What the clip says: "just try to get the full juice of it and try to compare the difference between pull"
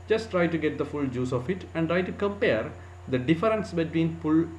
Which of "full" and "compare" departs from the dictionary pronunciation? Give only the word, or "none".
none